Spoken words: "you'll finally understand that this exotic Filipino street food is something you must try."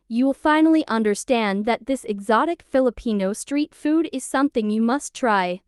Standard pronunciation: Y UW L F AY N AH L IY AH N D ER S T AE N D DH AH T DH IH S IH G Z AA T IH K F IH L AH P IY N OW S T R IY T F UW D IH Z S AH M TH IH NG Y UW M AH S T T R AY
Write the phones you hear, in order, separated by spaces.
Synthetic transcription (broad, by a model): Y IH L F AY N L IY AH N D ER S T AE N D DH AH T DH IH S IH G Z AA T IH K F IH L AH P IY N OW S T R IY T F UW D IH Z S AH M TH IH NG Y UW M AH S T T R AY